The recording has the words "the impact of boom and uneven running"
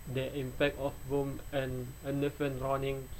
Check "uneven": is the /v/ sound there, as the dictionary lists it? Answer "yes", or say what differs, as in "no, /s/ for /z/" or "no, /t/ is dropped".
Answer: no, /f/ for /v/